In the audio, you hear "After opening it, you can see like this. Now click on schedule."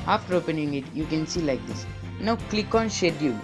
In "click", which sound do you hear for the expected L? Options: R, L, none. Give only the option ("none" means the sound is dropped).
L